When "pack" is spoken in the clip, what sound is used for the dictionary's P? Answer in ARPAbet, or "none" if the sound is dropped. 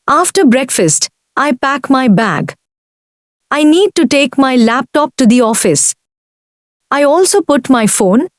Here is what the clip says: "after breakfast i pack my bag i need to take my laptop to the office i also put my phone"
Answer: P